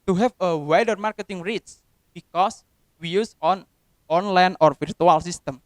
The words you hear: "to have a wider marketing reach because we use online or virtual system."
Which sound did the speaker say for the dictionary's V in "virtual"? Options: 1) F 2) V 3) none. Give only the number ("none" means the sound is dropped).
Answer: 1